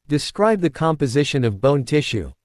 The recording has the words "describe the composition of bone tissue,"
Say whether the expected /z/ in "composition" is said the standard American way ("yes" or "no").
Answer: yes